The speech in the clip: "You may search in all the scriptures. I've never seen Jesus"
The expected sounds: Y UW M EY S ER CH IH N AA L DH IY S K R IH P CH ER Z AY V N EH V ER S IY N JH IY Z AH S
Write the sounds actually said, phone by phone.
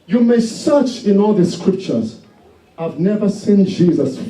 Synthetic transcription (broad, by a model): Y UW M EY S ER CH IH N AA L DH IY S K R IH P CH ER Z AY V N EH V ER S IY N JH IY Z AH S